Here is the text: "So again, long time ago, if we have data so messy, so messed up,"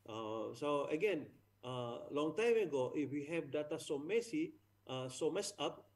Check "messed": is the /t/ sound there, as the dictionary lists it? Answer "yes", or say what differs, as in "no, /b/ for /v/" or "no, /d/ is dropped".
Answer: no, /t/ is dropped